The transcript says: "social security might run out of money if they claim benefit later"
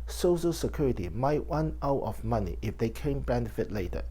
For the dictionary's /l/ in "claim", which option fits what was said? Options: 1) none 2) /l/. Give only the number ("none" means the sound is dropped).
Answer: 1